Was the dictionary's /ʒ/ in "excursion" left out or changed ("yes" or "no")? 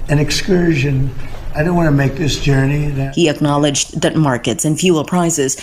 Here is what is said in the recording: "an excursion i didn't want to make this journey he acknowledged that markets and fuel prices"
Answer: no